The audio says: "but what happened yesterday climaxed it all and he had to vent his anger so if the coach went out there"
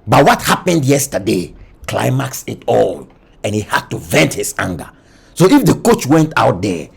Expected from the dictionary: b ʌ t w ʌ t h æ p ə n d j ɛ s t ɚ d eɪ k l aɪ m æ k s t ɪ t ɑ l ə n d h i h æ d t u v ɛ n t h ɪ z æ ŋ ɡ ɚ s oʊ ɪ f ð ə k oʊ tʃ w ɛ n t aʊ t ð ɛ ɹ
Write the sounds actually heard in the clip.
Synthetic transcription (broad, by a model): b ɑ t w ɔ t h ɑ p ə n d j ɛ s t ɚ d eɪ k l aɪ m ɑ k s ɪ t ɑ l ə n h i h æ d t u v ɛ n t h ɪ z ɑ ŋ ɡ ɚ s oʊ ɪ f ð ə k oʊ tʃ w ɛ n t aʊ t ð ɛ